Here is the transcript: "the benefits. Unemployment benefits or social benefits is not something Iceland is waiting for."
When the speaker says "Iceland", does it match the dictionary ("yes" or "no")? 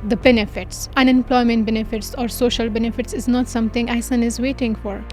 no